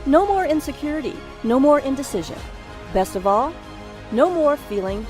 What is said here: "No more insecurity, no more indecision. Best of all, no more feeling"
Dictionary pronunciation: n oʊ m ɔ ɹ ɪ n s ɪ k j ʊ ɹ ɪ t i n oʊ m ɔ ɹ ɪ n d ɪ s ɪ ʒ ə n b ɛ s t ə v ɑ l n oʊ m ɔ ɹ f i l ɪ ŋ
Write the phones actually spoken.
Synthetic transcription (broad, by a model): n oʊ m ɔ ɹ ɪ n s ɪ k j ʊ ɹ ɪ t i n oʊ m ɔ ɹ ɪ n d ɪ s ɪ ʒ ə n b ɛ s t ə v ɑ l n oʊ m ɔ ɹ f i l ɪ ŋ